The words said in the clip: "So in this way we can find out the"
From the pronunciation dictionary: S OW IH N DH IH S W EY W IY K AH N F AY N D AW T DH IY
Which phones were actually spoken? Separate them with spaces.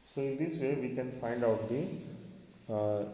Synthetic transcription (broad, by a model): S OW IH N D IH S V EY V IY K AH N F AY N D AW T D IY